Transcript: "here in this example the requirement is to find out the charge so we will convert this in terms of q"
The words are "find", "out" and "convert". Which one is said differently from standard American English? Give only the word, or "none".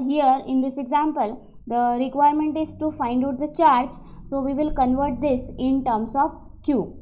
none